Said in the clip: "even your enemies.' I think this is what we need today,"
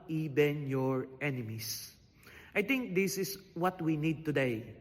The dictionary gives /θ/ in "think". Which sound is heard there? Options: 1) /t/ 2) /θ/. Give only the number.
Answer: 1